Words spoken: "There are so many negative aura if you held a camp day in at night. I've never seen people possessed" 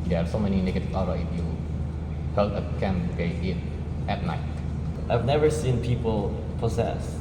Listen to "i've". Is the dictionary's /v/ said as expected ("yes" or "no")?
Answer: yes